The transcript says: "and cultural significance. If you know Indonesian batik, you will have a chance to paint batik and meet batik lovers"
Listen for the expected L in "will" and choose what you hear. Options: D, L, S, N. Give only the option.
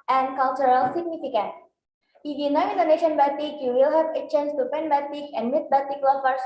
L